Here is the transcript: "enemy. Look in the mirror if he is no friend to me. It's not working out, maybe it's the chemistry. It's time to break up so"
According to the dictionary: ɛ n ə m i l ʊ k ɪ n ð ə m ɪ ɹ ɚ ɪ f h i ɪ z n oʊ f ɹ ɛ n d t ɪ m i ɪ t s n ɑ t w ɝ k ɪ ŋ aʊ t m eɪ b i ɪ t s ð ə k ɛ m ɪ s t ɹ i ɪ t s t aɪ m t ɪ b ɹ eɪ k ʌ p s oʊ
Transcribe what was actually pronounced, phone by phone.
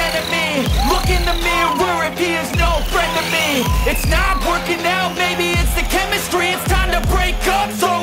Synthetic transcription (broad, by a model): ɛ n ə m i l ʊ k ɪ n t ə m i w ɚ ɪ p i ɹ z n oʊ f ɹ ɛ n d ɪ m i ɪ t s n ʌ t w ɝ k ɪ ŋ aʊ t m eɪ b i ɪ t s ð ə k ɛ m ɪ s t ɹ i ɪ t s t aɪ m t ɪ b ɹ eɪ k ʌ p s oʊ